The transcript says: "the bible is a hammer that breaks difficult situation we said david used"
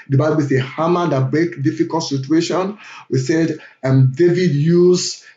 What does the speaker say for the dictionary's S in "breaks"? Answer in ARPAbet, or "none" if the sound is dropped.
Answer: none